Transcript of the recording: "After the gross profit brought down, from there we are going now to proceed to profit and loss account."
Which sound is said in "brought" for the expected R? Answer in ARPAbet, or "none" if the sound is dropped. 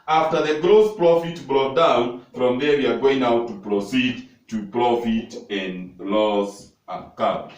R